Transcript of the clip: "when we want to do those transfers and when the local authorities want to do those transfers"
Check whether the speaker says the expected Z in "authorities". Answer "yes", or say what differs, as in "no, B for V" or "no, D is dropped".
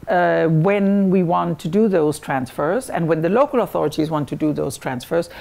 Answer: yes